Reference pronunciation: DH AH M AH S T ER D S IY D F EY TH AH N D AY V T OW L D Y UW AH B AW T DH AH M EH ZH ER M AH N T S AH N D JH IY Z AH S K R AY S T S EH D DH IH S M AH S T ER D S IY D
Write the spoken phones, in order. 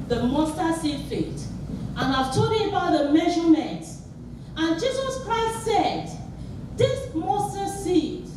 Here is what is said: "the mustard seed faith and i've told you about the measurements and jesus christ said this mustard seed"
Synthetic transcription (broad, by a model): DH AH M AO S T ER S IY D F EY T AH N AY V T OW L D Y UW AH B AW T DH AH M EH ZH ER M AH N T AH N JH IY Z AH S K R AY S T S EH D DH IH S M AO S T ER S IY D